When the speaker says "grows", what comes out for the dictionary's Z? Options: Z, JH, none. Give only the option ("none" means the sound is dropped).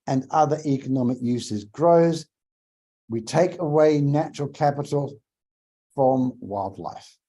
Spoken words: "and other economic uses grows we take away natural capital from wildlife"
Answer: Z